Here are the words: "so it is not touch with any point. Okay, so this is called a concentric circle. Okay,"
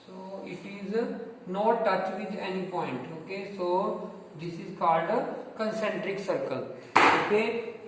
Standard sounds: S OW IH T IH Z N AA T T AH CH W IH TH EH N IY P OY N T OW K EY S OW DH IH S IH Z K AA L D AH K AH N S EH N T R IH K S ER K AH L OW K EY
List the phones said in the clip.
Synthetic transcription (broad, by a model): S OW IH T IH Z N AA T T AH CH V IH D EH N IY P OY N T OW K EY S OW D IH S IH Z K AA L D AH K AH N S EH N T R IH K S ER K AH L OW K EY